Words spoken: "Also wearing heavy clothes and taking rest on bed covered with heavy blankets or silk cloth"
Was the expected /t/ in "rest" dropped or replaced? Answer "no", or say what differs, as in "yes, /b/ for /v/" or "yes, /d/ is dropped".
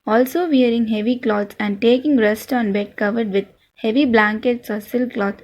no